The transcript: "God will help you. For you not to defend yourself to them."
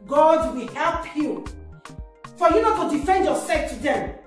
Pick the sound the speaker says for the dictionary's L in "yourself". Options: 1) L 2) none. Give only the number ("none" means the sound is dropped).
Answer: 2